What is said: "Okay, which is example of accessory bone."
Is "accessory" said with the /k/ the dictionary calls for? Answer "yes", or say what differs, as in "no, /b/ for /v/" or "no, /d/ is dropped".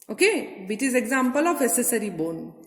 no, /k/ is dropped